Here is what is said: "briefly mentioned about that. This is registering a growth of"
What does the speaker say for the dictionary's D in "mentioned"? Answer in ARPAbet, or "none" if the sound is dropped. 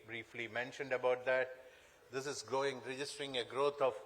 D